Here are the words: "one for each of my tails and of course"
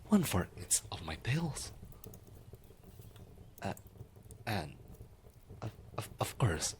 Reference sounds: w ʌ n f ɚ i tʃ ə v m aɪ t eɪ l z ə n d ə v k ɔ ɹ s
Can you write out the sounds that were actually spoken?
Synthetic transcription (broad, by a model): w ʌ n f ɚ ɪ s ə v m aɪ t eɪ l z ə n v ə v k ɔ ɹ s